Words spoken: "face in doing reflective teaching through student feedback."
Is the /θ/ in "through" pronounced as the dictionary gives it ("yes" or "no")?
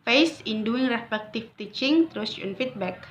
no